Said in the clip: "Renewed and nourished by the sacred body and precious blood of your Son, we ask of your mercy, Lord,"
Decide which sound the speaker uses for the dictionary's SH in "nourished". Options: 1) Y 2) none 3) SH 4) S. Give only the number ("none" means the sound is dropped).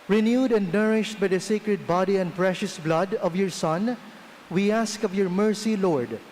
3